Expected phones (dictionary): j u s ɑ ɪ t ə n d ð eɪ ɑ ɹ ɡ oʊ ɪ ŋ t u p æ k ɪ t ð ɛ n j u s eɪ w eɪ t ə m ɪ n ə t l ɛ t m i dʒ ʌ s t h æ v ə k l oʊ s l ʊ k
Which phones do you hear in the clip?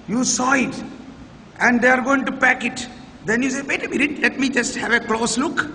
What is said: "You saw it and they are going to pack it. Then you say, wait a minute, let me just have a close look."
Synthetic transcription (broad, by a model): j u s ɑ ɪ t ə n d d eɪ ɑ ɹ ɡ oʊ ɪ ŋ t u p æ k ɪ t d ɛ n j u s eɪ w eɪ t ə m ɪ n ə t l ɛ t m i dʒ ʌ s t h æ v ə k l oʊ s l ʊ k